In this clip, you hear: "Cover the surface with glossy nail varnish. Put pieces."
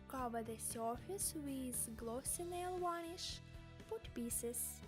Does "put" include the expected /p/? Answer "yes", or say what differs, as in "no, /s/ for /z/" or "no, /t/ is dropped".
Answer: no, /f/ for /p/